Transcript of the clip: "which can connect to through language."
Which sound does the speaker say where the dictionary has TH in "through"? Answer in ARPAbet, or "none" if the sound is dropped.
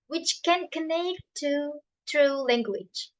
T